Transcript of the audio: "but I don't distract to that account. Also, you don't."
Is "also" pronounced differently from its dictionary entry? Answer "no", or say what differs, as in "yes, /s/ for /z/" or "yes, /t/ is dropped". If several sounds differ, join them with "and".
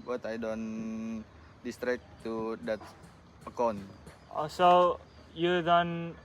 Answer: yes, /l/ is dropped